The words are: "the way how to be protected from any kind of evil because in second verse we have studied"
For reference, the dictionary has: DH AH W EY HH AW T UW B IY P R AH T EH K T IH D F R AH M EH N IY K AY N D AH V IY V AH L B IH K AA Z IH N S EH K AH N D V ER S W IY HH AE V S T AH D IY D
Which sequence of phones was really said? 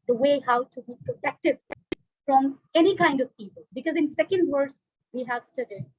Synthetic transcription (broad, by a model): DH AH W EY HH AW T UW B IY P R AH T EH K T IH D F R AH M EH N IY K AY N D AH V IY P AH L B IH K AA Z IH N S EH K AH N D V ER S W IY HH AE V S T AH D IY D